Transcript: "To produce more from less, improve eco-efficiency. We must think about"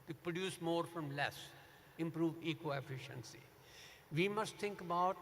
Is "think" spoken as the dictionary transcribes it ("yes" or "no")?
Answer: no